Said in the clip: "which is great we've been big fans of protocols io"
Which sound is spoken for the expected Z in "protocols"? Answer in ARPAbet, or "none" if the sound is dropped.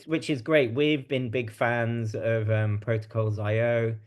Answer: Z